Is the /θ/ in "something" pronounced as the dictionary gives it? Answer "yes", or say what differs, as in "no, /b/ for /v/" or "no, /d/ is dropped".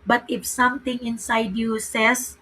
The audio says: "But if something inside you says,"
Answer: no, /t/ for /θ/